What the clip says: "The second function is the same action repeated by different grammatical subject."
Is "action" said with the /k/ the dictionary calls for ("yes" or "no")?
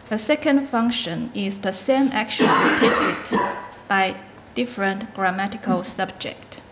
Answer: yes